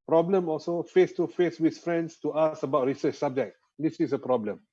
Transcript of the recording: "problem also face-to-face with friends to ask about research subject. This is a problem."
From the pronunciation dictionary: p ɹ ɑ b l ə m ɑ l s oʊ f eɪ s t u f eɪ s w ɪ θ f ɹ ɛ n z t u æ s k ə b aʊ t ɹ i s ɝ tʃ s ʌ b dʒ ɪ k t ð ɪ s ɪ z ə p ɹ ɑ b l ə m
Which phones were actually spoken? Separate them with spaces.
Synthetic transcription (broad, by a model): p ɹ ɑ b l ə m ɑ l s oʊ f eɪ s t u f eɪ s w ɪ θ f ɹ ɛ n s t u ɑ s ə b aʊ t ɹ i s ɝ tʃ s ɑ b dʒ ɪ k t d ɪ s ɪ s ə p ɹ ɑ b l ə m